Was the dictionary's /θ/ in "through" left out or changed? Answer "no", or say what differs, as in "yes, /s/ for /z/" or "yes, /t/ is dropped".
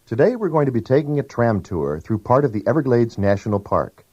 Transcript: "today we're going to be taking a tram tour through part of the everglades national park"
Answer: no